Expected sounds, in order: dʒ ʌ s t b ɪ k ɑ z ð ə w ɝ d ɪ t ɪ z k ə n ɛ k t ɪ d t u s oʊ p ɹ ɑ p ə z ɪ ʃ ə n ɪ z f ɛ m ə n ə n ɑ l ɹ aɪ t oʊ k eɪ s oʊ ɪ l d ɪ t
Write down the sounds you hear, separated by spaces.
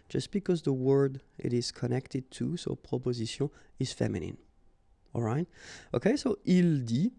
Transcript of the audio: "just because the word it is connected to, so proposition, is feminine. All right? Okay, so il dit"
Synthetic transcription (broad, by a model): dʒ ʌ s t b ɪ k ɑ z ð ə w ɝ d ɪ t ɪ z k ə n ɛ k t ɪ d t u s oʊ p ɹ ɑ p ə z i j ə ɪ z f ɛ m ə n ə n ɑ l ɹ aɪ t oʊ k eɪ s oʊ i l d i